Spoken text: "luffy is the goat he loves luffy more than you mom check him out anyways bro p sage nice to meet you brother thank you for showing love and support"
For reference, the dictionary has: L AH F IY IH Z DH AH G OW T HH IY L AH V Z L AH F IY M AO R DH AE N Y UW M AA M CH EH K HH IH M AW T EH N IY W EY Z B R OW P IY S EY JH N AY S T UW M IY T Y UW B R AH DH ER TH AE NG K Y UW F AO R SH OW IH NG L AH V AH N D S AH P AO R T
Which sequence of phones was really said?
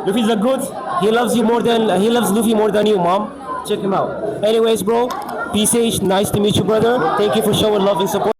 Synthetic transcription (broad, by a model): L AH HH IY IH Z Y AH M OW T HH IY L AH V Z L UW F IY M AO R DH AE N Y UW M AA M CH EH K HH IH M AW T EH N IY W EY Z B R OW P IY S EY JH N AY S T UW M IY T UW B R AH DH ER T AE NG K Y UW F AO R SH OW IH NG L AH V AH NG S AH P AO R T